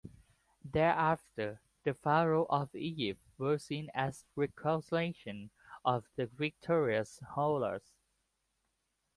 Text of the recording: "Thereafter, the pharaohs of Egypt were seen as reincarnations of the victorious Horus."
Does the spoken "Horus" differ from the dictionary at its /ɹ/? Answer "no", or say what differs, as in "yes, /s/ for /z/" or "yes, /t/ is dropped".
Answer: yes, /l/ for /ɹ/